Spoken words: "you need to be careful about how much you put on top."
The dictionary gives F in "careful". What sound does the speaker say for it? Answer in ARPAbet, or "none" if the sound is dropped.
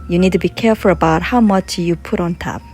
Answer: F